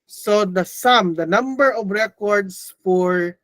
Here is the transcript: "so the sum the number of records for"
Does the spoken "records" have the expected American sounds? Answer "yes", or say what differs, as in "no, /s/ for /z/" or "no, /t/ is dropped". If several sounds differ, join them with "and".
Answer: no, /s/ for /z/